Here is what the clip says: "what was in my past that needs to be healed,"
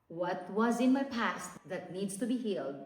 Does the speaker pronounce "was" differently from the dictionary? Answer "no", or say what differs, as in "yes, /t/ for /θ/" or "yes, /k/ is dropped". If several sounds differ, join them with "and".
no